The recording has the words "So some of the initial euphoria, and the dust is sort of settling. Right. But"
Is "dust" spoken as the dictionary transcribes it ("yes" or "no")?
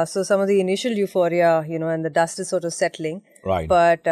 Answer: yes